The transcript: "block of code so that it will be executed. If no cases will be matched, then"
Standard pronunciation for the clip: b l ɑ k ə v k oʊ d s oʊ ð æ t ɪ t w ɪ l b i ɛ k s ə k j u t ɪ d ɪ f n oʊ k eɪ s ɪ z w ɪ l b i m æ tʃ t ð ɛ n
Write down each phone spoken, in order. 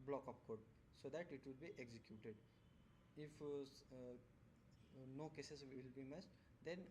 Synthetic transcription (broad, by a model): b l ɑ k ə p k oʊ d s oʊ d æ t ɪ t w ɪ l b i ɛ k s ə k j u t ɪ d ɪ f n oʊ k eɪ s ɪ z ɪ l b i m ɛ s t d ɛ n